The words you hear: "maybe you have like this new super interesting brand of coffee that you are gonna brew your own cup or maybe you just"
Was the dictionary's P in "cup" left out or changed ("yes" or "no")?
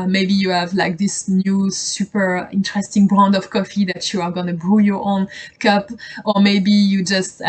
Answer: no